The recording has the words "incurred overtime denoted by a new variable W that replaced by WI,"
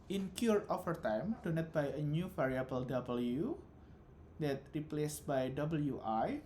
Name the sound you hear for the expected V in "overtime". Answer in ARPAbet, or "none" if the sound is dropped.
F